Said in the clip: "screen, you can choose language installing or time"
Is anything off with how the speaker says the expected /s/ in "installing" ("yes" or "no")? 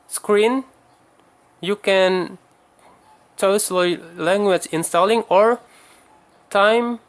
no